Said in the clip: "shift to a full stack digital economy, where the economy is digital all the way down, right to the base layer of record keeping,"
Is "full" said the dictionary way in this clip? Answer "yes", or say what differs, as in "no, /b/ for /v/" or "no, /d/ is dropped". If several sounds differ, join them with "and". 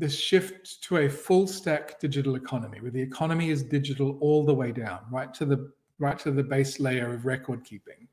yes